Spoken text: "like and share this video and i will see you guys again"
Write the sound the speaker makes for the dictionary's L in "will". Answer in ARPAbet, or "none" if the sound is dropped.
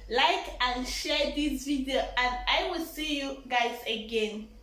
L